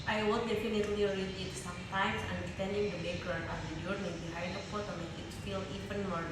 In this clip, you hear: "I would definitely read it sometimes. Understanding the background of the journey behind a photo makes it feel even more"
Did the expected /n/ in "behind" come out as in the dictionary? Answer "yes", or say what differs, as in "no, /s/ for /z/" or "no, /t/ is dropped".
no, /n/ is dropped